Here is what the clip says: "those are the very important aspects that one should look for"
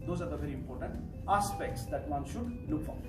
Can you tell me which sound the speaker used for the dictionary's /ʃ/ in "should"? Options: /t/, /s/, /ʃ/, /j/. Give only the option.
/ʃ/